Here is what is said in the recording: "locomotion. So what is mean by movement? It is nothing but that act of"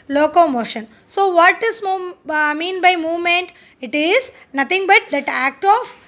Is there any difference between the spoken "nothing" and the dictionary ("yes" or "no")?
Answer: yes